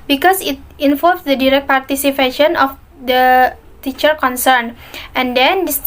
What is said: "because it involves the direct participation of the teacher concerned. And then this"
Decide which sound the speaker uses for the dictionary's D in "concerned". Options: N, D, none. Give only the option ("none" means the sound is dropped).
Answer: none